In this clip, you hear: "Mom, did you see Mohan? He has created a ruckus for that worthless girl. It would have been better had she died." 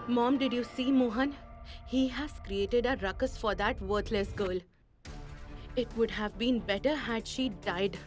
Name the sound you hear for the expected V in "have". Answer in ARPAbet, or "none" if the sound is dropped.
V